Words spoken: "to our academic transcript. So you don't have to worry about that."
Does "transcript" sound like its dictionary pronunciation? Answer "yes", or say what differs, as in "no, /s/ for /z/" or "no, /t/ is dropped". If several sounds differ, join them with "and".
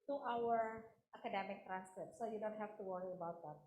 no, /p/ is dropped